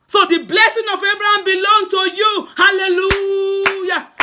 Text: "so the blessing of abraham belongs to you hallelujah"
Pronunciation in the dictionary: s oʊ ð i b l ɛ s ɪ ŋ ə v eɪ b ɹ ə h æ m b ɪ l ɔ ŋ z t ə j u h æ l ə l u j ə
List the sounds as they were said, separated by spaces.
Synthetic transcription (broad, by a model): s oʊ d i b l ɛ s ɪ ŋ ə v eɪ b ɹ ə h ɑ m b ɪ l ɔ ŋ t ə j u h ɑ l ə l u j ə